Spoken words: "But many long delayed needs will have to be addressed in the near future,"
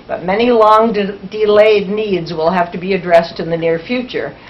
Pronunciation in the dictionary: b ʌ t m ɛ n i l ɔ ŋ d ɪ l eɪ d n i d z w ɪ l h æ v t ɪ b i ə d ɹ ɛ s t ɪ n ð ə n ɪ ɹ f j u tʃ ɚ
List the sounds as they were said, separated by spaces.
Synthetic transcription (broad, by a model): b ʌ t m ɛ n i l ɔ ŋ d ɪ l eɪ d n i d z w ɪ l h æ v t ɪ b i ə d ɹ ɛ s t ɪ n ð ə n ɪ ɹ f j u tʃ ɚ